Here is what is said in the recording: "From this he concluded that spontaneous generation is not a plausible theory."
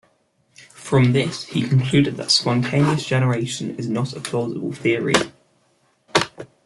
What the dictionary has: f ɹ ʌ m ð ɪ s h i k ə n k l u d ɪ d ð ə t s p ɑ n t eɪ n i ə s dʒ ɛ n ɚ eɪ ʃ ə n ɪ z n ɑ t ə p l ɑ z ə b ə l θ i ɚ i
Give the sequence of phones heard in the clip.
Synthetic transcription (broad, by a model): f ɹ ʌ m ð ɪ s h i k ə n k l u d ɪ d ð ə t s p ɑ n t eɪ n i ə s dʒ ɛ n ɚ eɪ ʃ ə n ɪ z n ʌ t ə p l ɑ z ə b ə l θ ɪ ɚ i